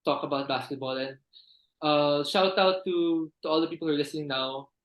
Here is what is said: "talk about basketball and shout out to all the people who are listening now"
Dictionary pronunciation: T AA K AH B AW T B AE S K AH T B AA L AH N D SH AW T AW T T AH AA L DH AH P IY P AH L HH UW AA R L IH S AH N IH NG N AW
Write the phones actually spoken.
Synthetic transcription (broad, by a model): T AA K AH B AW T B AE S K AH T B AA L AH N D SH AW T AW T T AH AA L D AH P IY P AH L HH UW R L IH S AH IH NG N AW